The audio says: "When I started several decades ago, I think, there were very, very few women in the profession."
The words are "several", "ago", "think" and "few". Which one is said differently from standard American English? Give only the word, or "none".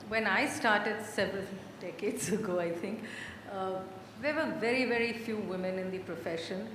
think